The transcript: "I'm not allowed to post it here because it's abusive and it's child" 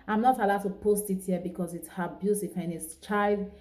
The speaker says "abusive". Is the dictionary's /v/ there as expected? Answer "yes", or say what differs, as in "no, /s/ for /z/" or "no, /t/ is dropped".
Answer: no, /f/ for /v/